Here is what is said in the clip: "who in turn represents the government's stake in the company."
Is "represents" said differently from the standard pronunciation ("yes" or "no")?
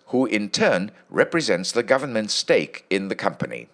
no